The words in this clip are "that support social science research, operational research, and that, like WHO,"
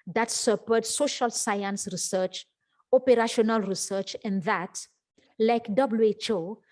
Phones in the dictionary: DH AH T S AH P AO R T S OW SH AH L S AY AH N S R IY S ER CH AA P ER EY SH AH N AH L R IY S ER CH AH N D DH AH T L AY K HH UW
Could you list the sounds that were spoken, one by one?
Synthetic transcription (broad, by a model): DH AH T S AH P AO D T S OW SH AH L S AY AH N S R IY S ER CH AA P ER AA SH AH N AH L R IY S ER CH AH N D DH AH T L AY K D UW